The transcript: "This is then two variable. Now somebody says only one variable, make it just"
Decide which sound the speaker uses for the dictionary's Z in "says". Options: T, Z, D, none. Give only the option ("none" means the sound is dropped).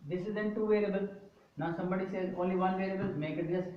none